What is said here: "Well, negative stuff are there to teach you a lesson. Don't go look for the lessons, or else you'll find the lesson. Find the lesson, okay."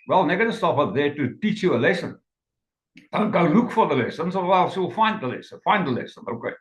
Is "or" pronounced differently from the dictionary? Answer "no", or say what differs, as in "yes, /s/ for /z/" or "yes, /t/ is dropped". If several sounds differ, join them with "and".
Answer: yes, /w/ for /ɹ/